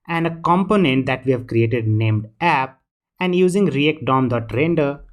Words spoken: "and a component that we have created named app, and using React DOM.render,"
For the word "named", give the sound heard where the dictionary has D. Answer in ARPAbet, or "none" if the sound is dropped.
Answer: D